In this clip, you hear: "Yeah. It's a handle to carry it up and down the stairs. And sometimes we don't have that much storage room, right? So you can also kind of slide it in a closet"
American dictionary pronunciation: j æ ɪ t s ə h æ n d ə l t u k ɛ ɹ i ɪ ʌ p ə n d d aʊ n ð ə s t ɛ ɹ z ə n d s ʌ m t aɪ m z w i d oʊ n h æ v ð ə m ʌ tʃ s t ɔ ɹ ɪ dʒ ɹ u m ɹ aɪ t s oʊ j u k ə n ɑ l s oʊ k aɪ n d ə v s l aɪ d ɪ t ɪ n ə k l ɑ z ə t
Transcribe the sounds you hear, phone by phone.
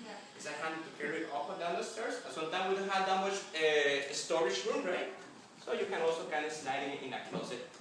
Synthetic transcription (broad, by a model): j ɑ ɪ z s ə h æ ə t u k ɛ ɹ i ɪ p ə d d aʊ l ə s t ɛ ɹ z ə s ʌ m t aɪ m w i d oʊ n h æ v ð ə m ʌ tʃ s t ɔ ɹ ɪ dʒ ɹ u m ɹ aɪ t s oʊ j u k ə n ɑ l s oʊ k aɪ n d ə s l aɪ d ɪ t ɪ n ə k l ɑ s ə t